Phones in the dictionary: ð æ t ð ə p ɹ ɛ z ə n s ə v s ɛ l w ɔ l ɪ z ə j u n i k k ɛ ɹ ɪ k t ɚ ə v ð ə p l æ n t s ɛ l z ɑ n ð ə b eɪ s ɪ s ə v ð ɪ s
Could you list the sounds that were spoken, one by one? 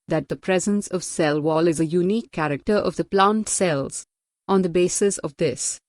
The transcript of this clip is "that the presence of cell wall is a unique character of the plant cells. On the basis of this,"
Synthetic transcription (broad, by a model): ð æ t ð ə p ɹ ɛ z ə n s ə v s ɛ l w ɔ l ɪ z ə j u n i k k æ ɹ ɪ k t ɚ ə v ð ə p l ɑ n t s ɛ l z ɑ n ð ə b eɪ s ɪ s ə v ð ɪ s